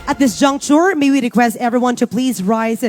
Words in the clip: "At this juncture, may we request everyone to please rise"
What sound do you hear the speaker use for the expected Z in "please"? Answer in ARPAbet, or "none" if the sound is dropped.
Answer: Z